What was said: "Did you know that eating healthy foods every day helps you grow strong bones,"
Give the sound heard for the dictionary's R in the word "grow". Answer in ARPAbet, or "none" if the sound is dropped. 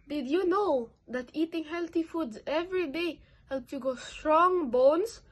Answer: none